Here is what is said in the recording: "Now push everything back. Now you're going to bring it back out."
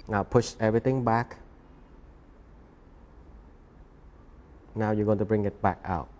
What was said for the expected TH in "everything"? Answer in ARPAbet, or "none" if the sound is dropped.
T